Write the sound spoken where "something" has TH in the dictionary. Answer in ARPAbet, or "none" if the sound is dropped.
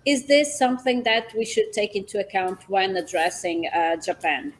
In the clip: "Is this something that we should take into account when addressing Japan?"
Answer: TH